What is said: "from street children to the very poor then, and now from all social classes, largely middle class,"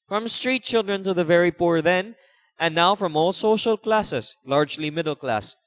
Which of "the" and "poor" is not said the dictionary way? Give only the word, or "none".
none